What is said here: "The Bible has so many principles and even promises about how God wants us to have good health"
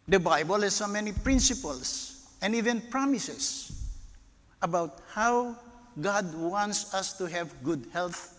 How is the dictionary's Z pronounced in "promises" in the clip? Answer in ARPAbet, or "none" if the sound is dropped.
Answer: S